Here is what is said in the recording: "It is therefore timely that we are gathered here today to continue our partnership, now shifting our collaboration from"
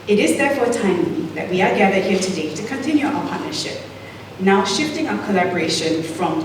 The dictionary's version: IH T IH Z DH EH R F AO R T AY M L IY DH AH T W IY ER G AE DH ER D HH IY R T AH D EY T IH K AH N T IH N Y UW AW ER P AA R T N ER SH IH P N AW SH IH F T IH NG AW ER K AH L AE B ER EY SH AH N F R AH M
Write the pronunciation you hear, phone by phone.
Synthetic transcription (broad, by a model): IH T IH Z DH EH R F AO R T AY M IY DH AH T W IY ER G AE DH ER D HH IY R T AH D EY T IH K AH N T IH N Y UW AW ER P AA R T N ER SH IH P N AW SH IH F T IH NG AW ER K AH L AE B ER EY SH AH N F R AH M